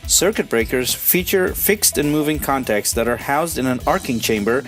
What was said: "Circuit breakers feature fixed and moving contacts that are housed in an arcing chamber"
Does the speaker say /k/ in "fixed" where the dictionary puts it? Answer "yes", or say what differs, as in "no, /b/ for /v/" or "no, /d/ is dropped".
yes